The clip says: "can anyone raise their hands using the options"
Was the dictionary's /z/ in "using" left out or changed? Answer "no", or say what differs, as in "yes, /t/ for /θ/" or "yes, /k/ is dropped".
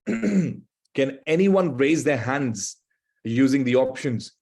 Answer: no